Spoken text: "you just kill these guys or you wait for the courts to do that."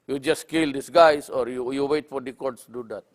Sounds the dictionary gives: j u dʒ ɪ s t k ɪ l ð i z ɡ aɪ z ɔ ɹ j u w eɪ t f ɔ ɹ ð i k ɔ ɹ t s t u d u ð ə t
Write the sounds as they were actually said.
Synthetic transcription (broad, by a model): j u dʒ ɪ s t k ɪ l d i s ɡ aɪ s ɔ ɹ j u w eɪ t f ɔ ɹ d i k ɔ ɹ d s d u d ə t